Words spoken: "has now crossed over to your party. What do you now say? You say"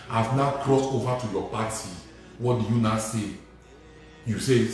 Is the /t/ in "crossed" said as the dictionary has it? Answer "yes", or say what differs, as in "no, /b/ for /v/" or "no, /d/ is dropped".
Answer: yes